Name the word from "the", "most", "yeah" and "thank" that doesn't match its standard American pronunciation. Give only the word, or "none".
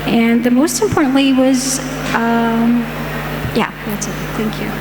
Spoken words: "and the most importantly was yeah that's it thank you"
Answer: none